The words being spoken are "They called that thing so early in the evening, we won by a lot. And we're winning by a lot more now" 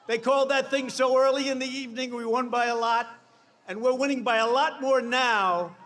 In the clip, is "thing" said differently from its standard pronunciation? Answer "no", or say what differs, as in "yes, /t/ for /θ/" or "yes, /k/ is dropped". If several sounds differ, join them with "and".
no